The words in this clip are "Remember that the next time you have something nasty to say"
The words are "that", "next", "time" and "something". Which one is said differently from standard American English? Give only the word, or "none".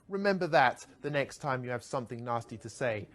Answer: none